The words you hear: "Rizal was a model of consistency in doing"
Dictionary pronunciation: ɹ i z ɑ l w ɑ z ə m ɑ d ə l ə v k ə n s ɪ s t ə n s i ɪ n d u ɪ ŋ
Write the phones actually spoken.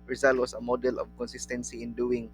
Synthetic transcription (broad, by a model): ɹ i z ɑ l w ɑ s ə m ɑ d ə l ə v k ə n s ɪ s t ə n s i ɪ n d u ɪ ŋ